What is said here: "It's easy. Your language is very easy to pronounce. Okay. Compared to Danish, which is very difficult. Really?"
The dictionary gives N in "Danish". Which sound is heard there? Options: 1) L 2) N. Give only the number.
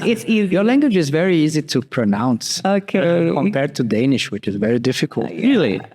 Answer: 2